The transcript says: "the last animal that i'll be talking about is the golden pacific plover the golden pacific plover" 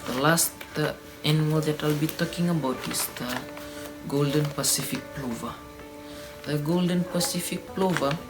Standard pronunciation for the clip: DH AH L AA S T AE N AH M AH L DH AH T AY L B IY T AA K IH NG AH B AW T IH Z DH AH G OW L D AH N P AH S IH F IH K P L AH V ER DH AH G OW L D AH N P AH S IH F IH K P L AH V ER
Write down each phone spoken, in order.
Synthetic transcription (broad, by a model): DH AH L AA S T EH N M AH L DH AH T AY L B IY T AA K IH NG AH B AW T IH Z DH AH G OW L D AH N P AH S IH F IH K P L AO V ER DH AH G OW L D AH N P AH S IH F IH K P L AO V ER